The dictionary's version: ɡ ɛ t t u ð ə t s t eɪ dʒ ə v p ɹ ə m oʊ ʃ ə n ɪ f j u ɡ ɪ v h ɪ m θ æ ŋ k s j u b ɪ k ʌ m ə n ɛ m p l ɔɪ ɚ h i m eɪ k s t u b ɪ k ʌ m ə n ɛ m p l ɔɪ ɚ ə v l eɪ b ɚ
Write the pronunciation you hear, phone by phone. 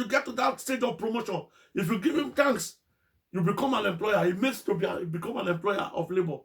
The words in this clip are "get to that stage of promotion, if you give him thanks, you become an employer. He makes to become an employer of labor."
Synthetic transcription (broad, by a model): ɡ ɛ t t u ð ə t s t eɪ dʒ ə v p ɹ ə m oʊ ʃ ə n ɪ f j u ɡ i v h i m t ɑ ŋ k s j u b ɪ k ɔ m ə n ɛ m p l ɔɪ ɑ h i m eɪ k s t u b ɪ k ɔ m ə n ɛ m p l ɔɪ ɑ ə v l eɪ b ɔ